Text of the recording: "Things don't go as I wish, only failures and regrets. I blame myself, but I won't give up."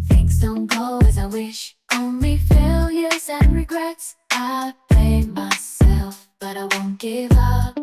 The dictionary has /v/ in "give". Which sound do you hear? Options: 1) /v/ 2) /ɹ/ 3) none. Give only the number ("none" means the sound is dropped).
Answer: 1